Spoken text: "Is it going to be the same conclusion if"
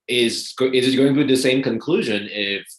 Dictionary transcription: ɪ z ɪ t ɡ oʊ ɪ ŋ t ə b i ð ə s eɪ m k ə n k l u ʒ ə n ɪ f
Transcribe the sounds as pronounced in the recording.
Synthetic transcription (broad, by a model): ɪ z ɪ t ɡ oʊ ɪ ŋ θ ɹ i ð ə s eɪ m k ə n k l u ʒ ə n ɪ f